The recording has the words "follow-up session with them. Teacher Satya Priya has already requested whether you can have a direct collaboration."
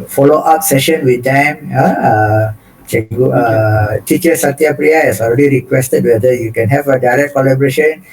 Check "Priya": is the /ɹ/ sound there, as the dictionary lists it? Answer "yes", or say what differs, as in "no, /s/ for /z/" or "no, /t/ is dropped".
yes